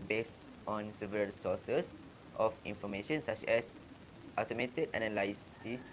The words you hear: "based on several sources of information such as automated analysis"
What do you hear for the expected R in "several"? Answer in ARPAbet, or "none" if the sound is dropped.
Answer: none